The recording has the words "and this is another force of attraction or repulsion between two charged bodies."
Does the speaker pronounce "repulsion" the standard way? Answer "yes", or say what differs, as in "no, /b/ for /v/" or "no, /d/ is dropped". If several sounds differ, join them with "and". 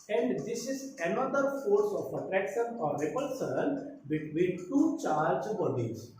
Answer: no, /s/ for /ʃ/